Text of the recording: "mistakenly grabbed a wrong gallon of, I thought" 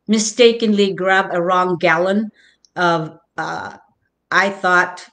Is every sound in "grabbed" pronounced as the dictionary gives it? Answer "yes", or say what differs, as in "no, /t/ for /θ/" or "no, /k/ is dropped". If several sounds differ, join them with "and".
no, /d/ is dropped